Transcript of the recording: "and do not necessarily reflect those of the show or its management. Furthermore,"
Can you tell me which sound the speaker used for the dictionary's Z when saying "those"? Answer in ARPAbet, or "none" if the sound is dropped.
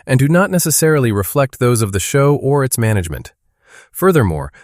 Z